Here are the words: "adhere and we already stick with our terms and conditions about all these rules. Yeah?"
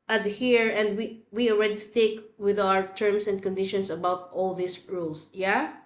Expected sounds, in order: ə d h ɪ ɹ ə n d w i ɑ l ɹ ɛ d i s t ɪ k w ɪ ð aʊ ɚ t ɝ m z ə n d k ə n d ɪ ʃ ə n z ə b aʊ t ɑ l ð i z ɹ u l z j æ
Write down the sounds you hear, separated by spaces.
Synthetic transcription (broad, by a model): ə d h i ɹ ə n d w i ɑ l ɹ ɛ d i s t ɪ k w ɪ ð aʊ ɚ t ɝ m s ə n d k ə n d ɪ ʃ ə n s ə b aʊ t ɑ l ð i s ɹ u l s j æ